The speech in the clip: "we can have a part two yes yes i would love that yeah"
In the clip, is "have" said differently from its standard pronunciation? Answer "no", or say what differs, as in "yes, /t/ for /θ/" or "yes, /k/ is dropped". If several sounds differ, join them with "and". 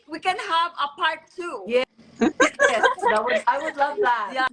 no